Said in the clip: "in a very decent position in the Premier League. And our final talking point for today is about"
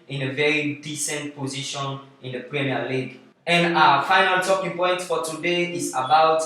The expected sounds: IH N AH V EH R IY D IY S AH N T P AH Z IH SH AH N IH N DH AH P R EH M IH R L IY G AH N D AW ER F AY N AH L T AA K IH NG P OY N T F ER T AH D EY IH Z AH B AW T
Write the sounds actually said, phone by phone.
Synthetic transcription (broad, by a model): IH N AH V EH R IY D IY S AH N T P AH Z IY SH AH N IH N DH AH P R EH M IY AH L IY G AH N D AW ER F AY N AH L T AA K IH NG P OY N T F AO T AH D EY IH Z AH B AW T